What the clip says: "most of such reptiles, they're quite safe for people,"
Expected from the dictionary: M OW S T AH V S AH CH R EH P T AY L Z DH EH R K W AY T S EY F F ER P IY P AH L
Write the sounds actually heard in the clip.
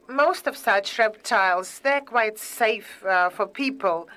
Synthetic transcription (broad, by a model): M OW S T AH V S AH CH R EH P T AY L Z DH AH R K W AY T S EY F F ER P IY P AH L